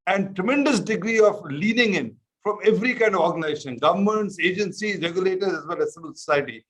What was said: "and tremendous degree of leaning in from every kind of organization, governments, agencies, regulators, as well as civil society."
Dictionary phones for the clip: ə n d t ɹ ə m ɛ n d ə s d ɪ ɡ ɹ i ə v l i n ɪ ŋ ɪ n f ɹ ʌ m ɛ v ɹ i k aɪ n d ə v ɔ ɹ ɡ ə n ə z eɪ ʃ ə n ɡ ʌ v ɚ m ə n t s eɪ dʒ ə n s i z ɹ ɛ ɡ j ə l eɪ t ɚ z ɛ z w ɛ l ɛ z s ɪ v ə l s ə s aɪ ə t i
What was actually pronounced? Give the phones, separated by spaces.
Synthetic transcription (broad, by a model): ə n d t ɹ ə m ɛ n d ə s d ɪ ɡ ɹ i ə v l i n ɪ ŋ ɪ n f ɹ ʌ m ɛ v ɹ i k aɪ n d ə v ɔ ɹ ɡ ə n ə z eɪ ʃ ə n ɡ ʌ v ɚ m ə n t s eɪ dʒ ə n s i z ɹ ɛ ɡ j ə l eɪ t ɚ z ɛ z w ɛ l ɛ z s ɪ b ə l s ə s aɪ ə t i